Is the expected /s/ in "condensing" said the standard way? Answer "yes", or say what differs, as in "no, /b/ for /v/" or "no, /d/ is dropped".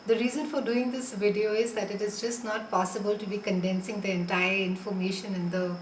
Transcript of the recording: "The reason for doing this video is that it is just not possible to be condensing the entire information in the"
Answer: yes